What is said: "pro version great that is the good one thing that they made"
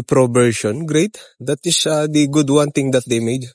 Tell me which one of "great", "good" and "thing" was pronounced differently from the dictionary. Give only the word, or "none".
thing